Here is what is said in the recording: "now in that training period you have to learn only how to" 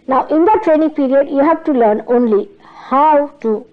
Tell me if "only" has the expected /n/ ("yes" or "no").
yes